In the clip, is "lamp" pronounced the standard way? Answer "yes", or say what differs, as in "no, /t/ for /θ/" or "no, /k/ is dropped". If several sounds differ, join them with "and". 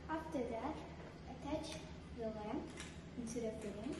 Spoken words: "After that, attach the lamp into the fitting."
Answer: no, /p/ is dropped